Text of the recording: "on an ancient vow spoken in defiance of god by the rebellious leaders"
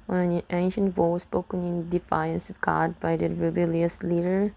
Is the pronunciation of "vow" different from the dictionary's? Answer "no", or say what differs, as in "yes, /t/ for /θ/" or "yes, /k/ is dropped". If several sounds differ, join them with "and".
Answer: yes, /w/ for /v/